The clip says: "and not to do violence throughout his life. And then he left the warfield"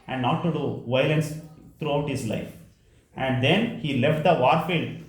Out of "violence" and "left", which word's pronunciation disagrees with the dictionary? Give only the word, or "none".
none